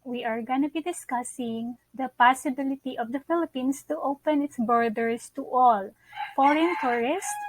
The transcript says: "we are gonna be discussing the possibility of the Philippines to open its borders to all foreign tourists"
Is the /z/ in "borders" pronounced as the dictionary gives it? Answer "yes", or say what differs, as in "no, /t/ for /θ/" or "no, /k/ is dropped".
no, /s/ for /z/